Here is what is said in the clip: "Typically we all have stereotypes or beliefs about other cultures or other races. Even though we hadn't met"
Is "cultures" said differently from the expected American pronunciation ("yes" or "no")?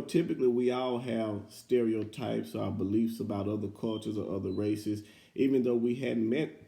no